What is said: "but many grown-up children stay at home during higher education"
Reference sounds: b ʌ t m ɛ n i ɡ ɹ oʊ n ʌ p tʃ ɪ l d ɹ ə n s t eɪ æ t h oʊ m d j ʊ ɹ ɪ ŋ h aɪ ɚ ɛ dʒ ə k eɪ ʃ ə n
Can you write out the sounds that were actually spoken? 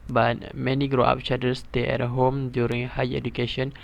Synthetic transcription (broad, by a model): b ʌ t m ɛ n i ɡ ɹ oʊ ɑ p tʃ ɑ d ə s t eɪ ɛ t h oʊ m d j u ɹ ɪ ŋ h aɪ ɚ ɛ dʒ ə k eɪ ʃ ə n